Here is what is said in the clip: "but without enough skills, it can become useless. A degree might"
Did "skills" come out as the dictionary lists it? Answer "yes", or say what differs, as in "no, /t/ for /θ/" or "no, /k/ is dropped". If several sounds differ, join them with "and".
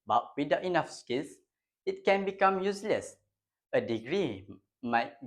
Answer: no, /s/ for /z/